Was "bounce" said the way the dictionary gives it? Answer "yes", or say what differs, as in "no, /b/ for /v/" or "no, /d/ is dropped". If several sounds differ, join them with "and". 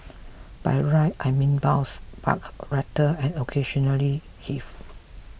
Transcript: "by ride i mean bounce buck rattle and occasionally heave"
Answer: no, /n/ is dropped